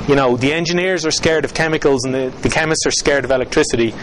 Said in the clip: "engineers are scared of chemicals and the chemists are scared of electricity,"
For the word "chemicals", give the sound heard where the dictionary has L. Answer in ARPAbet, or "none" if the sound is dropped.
L